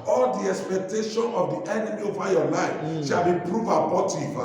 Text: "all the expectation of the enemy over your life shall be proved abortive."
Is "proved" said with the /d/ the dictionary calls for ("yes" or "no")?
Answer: no